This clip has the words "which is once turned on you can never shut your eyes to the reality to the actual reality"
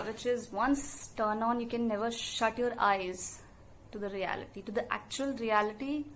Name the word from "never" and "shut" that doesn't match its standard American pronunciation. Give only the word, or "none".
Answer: none